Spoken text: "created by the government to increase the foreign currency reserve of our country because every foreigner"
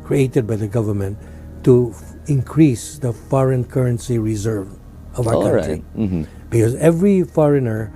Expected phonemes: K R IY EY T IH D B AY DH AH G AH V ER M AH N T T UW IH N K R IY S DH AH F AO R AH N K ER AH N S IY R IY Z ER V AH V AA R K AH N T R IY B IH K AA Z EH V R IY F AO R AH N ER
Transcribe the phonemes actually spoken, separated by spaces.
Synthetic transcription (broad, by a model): K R IY EY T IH D B AY DH AH G AH V ER M AH N T T UW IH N K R IY S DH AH F AO R AH N K ER AH N S IY R IY Z ER V AH V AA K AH T IY B IH K AA Z EH V R IY F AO R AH N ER